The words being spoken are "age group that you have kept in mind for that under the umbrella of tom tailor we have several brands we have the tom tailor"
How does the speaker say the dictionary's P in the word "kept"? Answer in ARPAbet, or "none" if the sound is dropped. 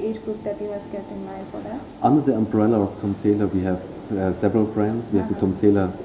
none